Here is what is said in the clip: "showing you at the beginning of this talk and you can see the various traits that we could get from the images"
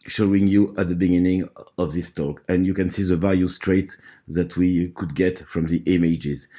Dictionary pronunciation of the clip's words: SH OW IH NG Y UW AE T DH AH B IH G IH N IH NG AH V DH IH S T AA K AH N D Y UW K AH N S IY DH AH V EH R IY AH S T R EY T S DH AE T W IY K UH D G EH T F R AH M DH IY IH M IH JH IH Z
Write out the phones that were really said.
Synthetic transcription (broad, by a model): SH OW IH NG Y UW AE T DH AH B IH G IH N IH NG AH V DH IH S T AA K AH N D Y UW K AH N S IY DH AH V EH L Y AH S T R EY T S DH AE T W IY K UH D G EH T F R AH M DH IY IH M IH JH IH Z